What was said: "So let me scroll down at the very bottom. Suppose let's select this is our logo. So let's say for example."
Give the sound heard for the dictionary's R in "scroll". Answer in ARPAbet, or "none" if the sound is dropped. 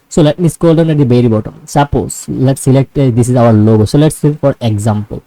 none